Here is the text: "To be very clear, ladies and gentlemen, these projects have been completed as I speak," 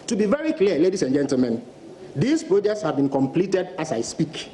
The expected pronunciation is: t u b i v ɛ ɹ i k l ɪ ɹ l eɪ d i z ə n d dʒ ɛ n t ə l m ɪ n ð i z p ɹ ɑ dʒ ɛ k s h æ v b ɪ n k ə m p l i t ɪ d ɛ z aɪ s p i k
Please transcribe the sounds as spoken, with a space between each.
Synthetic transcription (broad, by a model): t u b i v ɛ ɹ i k l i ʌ l eɪ d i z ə n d dʒ ɛ n t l m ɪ n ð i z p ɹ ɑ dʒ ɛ s h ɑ v b ɪ n k ə m p l i t ɪ d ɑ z aɪ s p i k